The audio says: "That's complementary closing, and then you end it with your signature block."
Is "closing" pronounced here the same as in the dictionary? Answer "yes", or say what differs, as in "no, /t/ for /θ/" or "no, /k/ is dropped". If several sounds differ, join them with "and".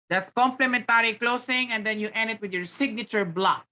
no, /s/ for /z/